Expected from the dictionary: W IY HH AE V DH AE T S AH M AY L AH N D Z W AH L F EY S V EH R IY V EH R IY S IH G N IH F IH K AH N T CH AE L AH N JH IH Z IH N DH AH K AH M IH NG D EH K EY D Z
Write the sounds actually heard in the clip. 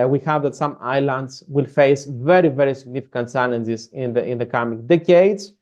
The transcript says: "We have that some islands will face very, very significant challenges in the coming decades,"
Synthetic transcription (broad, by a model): W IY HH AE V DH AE T S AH M AY L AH N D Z W AH L F EY S V EH R IY V EH R IY S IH G N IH F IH K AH N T S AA N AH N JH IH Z IH N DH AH K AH M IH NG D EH K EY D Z